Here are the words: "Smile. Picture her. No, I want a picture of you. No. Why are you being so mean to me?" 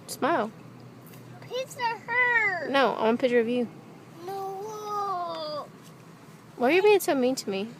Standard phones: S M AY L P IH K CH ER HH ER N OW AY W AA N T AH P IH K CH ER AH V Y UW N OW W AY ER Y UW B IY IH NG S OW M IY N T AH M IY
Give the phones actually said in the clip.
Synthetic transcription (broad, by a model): S M AY L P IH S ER HH ER N OW AY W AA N AH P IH CH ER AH V Y UW N OW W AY ER Y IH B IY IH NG S OW M IY N T AH M IY